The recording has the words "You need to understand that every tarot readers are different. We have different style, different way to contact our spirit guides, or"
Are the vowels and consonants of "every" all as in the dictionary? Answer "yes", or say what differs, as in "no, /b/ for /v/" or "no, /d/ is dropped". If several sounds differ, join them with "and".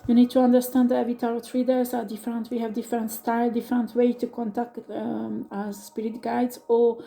no, /ɹ/ is dropped